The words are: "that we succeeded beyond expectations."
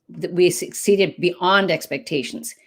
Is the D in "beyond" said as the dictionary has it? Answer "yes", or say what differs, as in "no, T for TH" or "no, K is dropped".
yes